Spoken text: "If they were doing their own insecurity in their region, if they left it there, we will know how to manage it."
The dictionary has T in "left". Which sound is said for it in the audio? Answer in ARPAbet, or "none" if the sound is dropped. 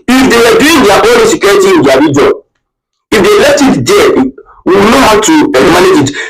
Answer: T